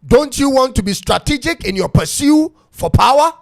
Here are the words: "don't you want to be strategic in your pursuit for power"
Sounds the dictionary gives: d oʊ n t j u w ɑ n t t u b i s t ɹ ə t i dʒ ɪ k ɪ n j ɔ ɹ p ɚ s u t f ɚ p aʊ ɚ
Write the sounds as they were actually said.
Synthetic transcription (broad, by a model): d oʊ n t j u w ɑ n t t u b i s t ɹ ə t i dʒ ɪ k ɪ n j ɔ p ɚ s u f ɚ p aʊ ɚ